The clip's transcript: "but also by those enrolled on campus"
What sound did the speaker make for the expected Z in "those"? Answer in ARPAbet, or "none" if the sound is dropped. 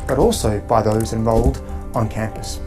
Z